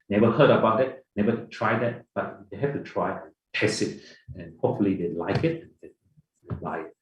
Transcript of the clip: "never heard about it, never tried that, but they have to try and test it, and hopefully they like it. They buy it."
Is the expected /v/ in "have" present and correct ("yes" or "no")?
no